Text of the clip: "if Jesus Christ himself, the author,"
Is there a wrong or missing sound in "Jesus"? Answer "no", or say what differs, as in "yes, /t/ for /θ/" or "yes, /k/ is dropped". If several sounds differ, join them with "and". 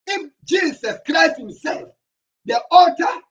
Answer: yes, /s/ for /z/